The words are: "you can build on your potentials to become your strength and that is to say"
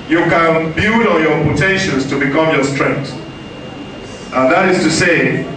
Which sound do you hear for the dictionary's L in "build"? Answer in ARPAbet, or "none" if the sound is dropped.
none